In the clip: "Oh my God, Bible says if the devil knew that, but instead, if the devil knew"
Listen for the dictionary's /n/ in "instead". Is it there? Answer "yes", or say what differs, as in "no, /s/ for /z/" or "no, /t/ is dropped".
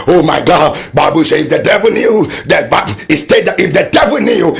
no, /n/ is dropped